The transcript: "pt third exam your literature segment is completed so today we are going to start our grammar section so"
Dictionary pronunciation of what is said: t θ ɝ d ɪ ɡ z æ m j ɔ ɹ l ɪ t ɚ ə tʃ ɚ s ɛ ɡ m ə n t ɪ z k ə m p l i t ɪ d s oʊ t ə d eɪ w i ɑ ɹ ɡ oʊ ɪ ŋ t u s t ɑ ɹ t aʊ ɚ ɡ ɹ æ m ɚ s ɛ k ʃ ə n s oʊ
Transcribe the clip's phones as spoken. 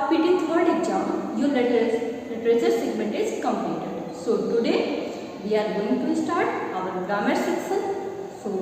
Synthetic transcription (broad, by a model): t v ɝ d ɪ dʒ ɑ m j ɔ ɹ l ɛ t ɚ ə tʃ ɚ s ɛ ɡ m ə n t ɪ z k ə m p l i t ɪ d s oʊ t ə d eɪ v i ɑ ɹ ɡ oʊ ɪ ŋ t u s t ɑ ɹ t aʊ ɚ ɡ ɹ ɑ m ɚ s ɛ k s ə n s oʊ